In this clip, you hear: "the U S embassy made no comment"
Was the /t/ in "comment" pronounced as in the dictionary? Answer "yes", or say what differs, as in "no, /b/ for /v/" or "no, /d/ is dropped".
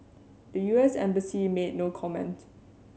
yes